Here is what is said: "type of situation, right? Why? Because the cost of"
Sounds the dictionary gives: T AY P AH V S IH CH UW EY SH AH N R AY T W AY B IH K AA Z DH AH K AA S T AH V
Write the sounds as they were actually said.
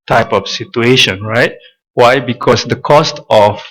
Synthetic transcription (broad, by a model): T AY P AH F S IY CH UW EY SH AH N R AY T W AY B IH K AA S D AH K AA S T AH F